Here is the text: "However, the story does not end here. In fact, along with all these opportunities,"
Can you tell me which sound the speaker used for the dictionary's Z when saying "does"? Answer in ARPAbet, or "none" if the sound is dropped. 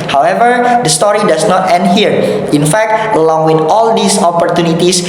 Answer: S